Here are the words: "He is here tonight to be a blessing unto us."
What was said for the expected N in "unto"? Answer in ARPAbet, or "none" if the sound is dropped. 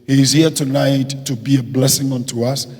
N